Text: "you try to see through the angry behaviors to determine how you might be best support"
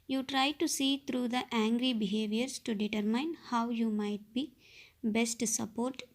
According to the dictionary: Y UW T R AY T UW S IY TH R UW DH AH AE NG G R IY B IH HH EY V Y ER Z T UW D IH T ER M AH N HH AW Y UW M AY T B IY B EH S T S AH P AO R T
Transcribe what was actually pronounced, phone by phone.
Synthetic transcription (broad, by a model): Y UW T R AY T UW S IY T R UW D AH AE NG G R IY B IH HH EY V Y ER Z T UW D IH T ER M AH N HH AW Y UW M AY T B IY B EH S T S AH P AO R T